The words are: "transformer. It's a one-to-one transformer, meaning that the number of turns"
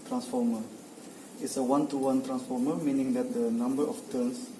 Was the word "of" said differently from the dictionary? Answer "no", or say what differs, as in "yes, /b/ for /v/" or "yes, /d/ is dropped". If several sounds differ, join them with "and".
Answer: yes, /f/ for /v/